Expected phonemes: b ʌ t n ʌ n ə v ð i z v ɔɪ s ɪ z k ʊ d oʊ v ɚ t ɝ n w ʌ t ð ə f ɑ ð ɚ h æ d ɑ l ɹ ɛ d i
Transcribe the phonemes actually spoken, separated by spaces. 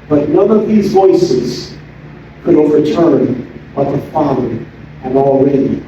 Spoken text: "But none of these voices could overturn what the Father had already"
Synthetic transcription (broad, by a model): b ʌ t n ʌ n ə v ð i z v ɔɪ s ɪ z k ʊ d oʊ v ɚ t ɝ n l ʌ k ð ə f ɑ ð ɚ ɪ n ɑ l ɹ ɛ d i